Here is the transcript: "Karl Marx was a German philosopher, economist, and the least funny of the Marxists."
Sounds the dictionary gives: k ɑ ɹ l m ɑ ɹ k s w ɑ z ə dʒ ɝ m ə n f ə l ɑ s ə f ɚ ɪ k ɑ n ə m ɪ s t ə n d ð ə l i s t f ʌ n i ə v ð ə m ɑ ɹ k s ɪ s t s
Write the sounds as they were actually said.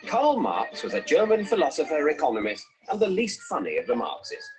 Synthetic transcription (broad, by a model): k ɑ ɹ l m ɑ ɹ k s w ɑ z ə dʒ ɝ m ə n f ə l ɑ s ə f ɚ ɪ k ɑ n ə m ɪ s t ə n ð ə l i s t f ʌ n i ə v ð ə m ɑ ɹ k s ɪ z